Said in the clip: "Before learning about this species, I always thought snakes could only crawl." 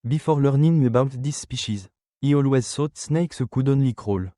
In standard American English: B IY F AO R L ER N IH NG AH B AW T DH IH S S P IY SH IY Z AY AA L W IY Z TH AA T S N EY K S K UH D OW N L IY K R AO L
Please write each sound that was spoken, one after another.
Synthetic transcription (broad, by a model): B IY F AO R L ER N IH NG AH B AW T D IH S S P IY SH IY Z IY AA L W IY Z S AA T S N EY K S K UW D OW N L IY K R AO L